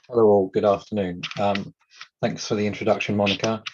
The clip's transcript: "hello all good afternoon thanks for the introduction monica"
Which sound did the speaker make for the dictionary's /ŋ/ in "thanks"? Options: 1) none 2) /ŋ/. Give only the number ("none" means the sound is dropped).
2